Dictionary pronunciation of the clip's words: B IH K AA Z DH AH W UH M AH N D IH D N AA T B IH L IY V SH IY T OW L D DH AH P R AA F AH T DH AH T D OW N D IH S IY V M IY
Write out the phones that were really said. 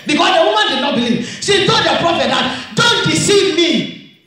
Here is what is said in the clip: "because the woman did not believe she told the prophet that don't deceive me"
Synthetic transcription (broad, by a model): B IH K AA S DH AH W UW M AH N D IH D N AA T B IH L IY V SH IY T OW D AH P R AA F AH T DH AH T D OW N D IH S IY V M IY